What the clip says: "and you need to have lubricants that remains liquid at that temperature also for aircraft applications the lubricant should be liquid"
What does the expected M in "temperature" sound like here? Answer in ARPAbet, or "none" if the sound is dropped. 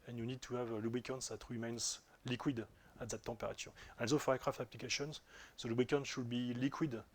none